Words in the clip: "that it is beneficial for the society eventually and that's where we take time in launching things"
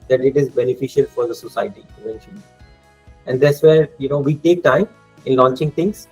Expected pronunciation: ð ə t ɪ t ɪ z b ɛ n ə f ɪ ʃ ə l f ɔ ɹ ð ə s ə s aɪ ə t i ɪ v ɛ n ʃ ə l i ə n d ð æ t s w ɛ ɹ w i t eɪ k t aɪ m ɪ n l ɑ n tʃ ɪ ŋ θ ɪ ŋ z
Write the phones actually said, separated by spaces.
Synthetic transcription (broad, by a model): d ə t ɪ t ɪ z b ɛ n ə f ɪ ʃ ə l f ɔ ɹ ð ə s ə s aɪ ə t i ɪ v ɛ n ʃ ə n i ə n d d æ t s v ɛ ɹ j i t eɪ k t aɪ m ɪ n l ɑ n tʃ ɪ ŋ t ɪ ŋ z